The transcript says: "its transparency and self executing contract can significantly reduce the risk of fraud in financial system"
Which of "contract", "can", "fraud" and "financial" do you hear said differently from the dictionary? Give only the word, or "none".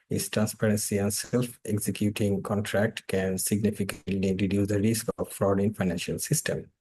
none